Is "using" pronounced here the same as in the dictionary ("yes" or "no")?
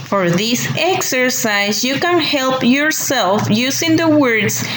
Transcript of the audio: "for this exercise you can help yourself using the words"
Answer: no